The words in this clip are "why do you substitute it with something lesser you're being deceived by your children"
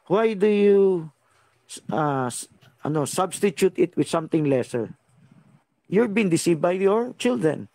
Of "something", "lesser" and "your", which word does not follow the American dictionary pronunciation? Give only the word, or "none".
something